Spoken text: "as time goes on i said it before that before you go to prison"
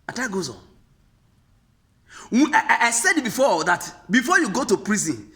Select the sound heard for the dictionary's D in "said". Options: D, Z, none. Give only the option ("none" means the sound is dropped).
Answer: D